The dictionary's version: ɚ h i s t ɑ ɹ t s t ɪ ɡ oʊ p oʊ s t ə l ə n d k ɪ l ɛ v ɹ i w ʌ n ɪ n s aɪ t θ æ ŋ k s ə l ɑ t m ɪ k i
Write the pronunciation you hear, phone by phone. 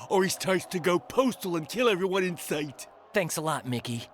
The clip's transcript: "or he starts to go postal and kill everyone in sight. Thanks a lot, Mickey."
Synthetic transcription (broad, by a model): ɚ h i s t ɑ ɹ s t ɪ ɡ oʊ p oʊ s t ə l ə n k ɪ l ɛ v ɹ i w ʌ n ɪ n s aɪ t θ æ ŋ k s ə l ɑ t m ɪ k i